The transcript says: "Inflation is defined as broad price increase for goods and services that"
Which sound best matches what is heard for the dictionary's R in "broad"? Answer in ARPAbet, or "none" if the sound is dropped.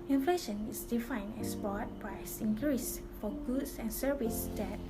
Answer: none